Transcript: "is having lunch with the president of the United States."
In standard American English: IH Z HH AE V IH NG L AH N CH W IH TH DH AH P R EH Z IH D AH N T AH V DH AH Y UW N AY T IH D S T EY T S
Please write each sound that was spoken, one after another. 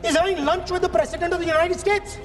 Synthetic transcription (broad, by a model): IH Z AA IH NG L AH N CH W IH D DH AH P R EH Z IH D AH N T AH V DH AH Y UW N AY T IH D S T EY T S